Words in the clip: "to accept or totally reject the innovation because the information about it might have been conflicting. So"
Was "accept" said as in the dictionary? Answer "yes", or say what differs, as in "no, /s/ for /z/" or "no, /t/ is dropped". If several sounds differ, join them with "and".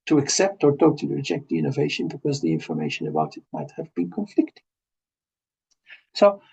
yes